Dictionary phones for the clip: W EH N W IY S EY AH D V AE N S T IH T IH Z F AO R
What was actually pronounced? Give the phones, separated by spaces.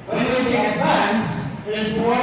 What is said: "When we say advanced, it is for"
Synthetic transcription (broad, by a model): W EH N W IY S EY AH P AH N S IH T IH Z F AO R